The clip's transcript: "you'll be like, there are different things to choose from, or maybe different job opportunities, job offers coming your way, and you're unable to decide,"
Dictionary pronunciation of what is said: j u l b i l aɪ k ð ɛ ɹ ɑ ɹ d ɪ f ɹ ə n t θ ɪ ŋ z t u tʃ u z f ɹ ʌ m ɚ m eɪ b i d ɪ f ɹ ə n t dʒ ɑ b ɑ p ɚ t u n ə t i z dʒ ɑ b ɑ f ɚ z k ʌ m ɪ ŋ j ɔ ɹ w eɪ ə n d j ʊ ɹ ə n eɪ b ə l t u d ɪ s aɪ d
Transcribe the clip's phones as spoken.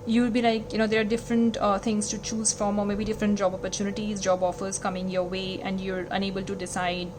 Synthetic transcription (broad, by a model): j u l b i l aɪ k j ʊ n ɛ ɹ d ɪ f ɹ ə n t t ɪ ŋ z t u tʃ u z f ɹ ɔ m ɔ m eɪ b i d ɪ f ɹ ə n t dʒ ɑ b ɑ p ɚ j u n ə t i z dʒ ɑ b ɑ f ɚ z k ʌ m ɪ ŋ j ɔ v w eɪ ə n d j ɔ ɹ ə n eɪ b ə l t u d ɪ s aɪ d